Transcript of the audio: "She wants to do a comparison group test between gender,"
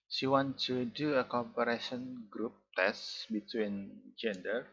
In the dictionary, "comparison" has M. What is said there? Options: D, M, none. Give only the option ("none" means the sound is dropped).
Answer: none